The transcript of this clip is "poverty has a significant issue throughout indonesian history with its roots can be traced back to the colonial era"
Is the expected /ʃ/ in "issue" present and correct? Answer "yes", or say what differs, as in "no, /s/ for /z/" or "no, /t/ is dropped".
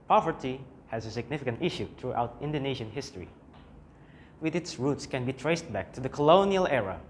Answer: yes